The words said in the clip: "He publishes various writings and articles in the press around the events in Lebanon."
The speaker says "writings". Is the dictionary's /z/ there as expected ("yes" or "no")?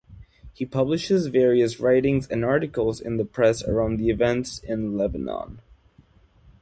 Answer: yes